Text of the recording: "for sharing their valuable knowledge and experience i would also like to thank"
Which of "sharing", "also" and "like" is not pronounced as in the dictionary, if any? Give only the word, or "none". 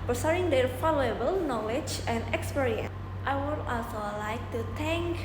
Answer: sharing